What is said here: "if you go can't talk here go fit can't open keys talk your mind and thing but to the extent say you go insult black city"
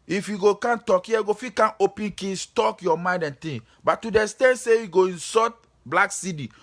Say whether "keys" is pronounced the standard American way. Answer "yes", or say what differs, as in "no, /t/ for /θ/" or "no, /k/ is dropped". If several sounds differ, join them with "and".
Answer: no, /s/ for /z/